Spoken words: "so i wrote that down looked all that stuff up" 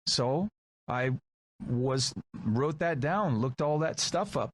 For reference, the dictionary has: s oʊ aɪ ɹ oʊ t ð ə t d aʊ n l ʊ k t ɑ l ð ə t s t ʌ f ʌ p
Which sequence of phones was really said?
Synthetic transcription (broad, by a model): s oʊ aɪ ɹ oʊ t ð ə t d aʊ n l ʊ k t ɑ l ð ə t s t ʌ f ʌ p